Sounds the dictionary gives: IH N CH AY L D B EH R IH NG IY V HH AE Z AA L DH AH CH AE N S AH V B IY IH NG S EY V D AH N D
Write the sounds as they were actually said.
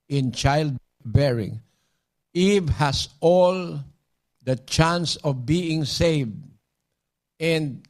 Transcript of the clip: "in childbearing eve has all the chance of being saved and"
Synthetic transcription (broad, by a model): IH N CH AY L D B EH R IH NG IY V HH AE S AA L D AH CH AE N S AH V B IY IH NG S EY V D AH N D